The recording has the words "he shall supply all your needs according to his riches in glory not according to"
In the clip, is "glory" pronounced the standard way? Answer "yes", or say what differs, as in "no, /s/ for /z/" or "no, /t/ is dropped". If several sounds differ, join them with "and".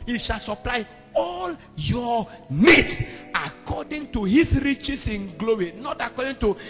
no, /w/ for /ɹ/